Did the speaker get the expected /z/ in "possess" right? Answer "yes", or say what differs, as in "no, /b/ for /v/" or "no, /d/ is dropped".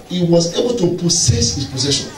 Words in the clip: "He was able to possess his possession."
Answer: no, /s/ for /z/